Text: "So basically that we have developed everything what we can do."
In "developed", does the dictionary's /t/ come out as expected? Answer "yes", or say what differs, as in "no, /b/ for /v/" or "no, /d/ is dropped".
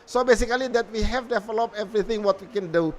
no, /t/ is dropped